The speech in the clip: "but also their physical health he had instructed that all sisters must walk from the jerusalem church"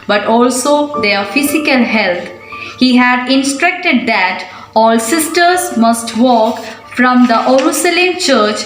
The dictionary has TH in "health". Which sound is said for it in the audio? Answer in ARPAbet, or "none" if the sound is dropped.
T